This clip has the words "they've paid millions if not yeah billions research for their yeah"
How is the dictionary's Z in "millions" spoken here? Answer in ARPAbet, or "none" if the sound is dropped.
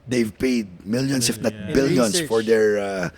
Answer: S